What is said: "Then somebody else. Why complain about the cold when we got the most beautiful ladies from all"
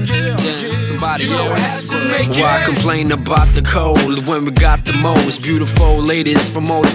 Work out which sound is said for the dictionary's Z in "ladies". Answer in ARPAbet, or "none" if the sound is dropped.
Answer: S